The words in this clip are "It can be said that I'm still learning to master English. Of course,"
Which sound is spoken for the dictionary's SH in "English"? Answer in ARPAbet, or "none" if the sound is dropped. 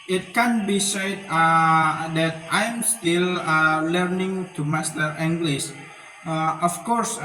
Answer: S